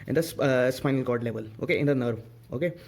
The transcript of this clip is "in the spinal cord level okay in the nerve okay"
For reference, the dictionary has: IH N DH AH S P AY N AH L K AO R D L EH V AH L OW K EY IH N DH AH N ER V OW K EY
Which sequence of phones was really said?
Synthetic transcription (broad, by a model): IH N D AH S P AY N AH L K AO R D L EH V AH L OW K EY IH N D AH N ER V OW K EY